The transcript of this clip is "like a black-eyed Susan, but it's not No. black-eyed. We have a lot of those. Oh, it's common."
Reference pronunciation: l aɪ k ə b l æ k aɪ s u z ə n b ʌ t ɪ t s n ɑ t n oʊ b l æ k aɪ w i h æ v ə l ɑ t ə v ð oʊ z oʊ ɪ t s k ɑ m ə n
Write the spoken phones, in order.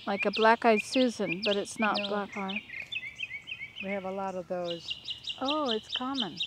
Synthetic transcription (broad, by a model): l aɪ k ə b l æ k aɪ s u z ə n b ʌ t ɪ t s n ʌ t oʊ b l æ k aɪ w i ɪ v ə l ɑ t ə v ð oʊ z oʊ ɪ t s k ɑ m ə n